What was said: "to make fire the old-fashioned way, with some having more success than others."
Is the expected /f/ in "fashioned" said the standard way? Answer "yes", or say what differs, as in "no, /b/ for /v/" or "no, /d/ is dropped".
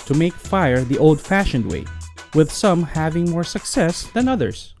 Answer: yes